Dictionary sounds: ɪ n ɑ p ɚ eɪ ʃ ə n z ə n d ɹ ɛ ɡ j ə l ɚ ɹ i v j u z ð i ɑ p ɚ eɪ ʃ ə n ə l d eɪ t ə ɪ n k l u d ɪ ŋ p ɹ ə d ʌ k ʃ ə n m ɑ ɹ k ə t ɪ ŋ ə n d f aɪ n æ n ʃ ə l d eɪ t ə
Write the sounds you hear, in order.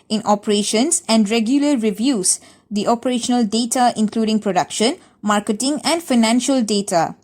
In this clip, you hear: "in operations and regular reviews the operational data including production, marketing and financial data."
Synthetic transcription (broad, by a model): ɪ n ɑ p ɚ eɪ ʃ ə n s ə n d ɹ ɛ ɡ j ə l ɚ ɹ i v j u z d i ɑ p ɚ eɪ ʃ ə n ə l d eɪ t ə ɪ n k l u d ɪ ŋ p ɹ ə d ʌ k ʃ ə n m ɑ ɹ k ə t ɪ ŋ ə n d f aɪ n æ n ʃ ə l d eɪ t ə